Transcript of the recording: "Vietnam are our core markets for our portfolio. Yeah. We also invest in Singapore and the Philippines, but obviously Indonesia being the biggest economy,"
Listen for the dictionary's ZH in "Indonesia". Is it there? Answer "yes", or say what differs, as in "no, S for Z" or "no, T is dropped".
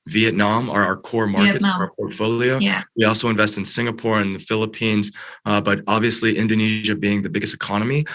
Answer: yes